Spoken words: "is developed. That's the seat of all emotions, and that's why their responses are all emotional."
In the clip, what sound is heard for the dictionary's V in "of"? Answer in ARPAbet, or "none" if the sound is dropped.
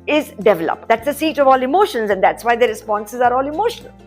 V